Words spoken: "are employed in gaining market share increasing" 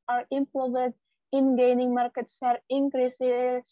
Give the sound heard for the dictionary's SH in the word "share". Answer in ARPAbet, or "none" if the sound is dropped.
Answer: S